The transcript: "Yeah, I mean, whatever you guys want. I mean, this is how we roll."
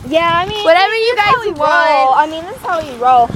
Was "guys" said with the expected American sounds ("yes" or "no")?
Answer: no